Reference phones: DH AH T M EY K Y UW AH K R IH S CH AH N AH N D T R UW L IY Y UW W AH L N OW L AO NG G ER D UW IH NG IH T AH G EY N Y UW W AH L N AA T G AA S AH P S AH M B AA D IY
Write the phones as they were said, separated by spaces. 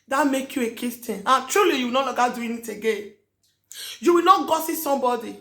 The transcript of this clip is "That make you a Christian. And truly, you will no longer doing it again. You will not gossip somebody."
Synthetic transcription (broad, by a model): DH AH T M EY K Y UW AH K IH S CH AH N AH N T R UW L IY Y UW W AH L N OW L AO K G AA D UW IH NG IH T AH G EY N Y UW W AH L N AA T G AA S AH S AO M B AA D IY